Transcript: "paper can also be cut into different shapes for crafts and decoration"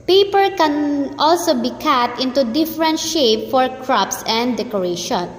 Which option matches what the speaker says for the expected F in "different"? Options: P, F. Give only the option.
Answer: F